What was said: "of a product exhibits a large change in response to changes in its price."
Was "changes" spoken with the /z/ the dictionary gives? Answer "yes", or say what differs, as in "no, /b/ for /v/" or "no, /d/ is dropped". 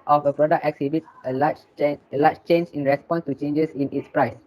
no, /s/ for /z/